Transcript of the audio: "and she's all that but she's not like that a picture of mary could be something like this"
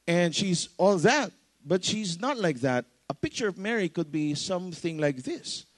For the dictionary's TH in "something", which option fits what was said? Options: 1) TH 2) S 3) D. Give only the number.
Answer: 1